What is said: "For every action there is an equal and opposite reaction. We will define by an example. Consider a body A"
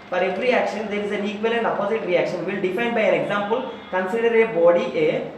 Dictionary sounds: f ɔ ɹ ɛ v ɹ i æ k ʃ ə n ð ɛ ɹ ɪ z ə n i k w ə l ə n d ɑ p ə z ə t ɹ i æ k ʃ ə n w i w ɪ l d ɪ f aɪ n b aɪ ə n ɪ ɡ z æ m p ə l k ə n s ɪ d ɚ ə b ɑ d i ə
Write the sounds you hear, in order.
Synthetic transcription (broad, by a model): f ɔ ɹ ɛ v ɹ i æ k ʃ ə n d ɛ ɹ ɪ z ə n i k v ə l ə n d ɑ p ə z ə t ɹ i æ k ʃ ə n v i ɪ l d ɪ f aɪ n b aɪ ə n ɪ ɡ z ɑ m p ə l k ə n s ɪ d ɚ ə b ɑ d i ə